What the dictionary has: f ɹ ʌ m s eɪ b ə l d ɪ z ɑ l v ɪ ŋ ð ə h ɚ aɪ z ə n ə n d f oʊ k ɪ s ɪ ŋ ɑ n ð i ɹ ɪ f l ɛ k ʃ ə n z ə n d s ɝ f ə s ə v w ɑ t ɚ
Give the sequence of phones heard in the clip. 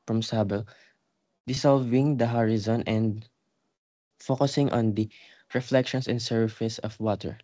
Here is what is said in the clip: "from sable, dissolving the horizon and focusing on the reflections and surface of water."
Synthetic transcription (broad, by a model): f ɹ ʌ m s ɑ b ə l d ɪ s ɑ l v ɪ ŋ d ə h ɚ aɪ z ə n ə n d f oʊ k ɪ s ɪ ŋ ɑ n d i ɹ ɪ f l ɛ k ʃ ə n s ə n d s ɝ f ə s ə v w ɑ t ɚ